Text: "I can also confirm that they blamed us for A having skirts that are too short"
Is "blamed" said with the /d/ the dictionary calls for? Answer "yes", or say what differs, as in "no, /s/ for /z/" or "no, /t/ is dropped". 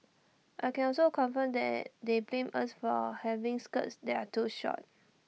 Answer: no, /d/ is dropped